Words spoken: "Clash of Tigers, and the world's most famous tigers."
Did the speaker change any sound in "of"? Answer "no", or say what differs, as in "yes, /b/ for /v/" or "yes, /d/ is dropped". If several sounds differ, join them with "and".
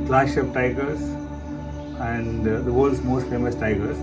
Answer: yes, /p/ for /v/